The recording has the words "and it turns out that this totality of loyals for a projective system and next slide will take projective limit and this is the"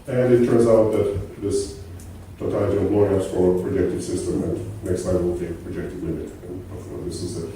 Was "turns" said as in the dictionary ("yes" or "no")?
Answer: yes